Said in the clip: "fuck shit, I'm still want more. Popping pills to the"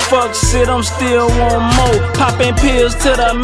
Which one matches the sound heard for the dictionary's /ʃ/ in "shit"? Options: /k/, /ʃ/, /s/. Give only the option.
/s/